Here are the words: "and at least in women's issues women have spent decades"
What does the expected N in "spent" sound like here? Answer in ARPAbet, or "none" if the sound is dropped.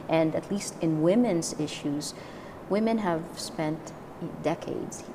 N